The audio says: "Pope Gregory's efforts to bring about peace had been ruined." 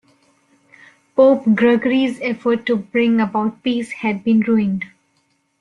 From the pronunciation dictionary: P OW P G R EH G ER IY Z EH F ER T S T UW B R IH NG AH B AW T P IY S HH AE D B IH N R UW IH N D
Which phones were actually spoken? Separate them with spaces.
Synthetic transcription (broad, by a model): P OW P G R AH G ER IY Z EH F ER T T UW B R IH NG AH B AW T P IY S HH AE D B IH N R UW IH N D